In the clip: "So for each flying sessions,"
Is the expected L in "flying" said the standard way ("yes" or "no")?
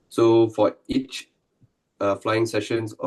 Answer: yes